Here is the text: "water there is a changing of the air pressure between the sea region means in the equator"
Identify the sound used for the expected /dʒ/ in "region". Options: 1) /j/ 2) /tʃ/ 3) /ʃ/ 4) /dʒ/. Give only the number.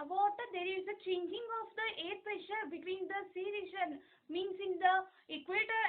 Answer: 3